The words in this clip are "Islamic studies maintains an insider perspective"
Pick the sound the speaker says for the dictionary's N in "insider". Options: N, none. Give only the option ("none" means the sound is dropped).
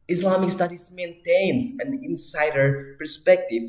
N